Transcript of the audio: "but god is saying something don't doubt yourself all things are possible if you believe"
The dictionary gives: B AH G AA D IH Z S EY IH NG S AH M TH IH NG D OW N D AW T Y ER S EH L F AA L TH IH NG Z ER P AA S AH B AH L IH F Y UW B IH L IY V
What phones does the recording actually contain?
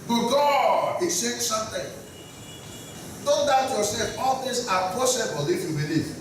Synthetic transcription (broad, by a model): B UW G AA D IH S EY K S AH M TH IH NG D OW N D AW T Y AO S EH F AA L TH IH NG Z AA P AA S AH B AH L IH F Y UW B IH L IY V